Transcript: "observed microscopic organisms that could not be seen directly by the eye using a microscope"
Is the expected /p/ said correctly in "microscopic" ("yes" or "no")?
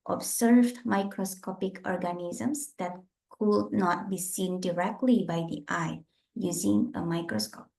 yes